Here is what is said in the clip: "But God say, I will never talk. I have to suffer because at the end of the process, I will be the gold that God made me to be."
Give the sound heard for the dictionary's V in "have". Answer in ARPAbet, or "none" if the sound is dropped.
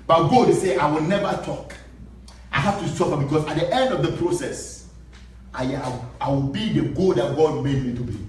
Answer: F